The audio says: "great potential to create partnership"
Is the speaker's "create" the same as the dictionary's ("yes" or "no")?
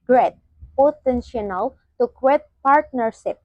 no